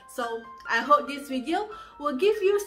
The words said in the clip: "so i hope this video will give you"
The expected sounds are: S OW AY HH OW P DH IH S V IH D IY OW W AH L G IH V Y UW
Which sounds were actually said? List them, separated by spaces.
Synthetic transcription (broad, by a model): S OW AY HH OW P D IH S W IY D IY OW W AH L G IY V Y UW